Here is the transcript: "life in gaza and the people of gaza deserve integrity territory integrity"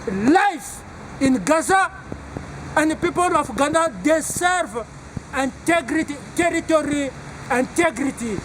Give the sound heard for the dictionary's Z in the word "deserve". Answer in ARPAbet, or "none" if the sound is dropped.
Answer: S